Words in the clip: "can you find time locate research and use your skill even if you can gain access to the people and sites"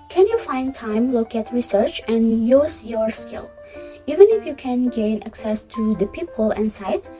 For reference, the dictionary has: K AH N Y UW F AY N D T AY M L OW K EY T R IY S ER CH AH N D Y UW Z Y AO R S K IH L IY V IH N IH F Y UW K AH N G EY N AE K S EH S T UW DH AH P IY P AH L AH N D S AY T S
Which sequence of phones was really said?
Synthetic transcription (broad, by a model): K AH N Y UW F AY N D T AY M L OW K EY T R IY S ER CH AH N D Y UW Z Y AO R S K IH L IY V IH N IH F Y UW K AH N G EY N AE K S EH S T UW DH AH P IY P AH L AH N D S AY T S